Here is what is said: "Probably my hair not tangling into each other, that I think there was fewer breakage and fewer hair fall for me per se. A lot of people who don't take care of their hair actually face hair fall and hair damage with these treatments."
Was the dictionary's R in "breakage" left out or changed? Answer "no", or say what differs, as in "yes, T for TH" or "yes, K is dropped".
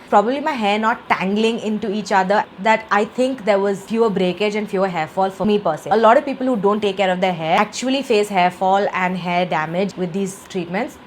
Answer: no